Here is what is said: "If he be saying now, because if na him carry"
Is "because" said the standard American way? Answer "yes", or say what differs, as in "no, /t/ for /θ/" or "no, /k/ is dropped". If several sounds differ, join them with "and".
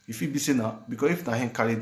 no, /s/ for /z/